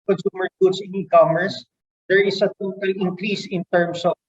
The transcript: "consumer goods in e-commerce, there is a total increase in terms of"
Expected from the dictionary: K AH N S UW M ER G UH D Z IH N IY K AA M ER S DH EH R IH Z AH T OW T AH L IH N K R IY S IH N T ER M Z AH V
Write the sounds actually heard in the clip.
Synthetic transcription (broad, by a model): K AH N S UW M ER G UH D S IH N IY K AA M ER S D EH R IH S AH T OW T AH L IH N K R IY S IH N T ER M S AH